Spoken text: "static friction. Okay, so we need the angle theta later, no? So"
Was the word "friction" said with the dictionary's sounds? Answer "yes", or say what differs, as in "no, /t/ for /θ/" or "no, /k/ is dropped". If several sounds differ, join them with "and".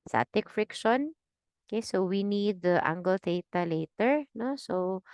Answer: yes